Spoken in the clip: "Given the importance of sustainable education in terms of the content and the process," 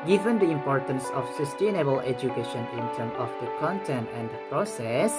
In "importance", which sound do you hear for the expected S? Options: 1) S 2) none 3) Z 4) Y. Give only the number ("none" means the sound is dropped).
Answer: 1